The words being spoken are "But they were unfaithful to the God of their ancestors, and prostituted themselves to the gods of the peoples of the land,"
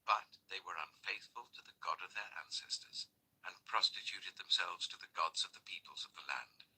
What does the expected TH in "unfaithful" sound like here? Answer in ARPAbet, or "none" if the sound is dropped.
TH